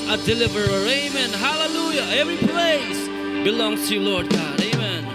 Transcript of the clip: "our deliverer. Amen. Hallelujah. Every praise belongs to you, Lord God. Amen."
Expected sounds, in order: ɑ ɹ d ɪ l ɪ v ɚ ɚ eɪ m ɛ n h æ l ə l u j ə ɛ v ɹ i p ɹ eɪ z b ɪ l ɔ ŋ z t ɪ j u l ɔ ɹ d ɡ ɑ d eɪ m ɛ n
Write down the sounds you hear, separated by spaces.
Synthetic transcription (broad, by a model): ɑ d ɪ l ɪ v ɚ ɚ eɪ m ɛ n h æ l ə l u j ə ɛ v ɹ i p l eɪ s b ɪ l ɔ ŋ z t ɪ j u l ɔ ɹ d ɡ ɑ d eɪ m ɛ n